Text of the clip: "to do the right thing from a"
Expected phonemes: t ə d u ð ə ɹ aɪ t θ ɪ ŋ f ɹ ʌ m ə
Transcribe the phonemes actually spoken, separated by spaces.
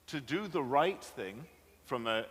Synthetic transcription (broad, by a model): t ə d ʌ ð ə ɹ aɪ t θ ɪ ŋ f ɹ ʌ m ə